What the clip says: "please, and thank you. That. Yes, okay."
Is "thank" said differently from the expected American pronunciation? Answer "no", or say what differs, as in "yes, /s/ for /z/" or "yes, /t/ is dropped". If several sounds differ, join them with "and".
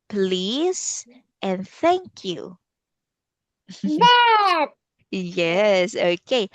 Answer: no